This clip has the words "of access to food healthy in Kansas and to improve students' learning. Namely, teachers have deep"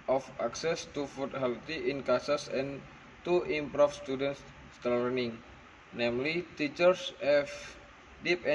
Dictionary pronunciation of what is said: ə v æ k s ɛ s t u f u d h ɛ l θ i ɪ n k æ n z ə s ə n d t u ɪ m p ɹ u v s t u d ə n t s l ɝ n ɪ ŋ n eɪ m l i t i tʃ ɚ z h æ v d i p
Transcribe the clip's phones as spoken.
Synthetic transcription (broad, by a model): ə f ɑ k s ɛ s t u f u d h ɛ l t i ɪ n k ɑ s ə s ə n t u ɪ m p ɹ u f s t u d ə n s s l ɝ n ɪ ŋ n eɪ m l i t i tʃ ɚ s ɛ f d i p